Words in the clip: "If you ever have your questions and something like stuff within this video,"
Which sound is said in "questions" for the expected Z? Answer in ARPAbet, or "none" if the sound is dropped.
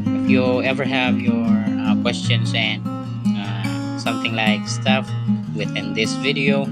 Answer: S